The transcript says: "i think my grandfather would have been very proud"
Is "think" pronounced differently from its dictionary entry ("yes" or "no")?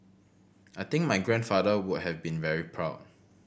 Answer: yes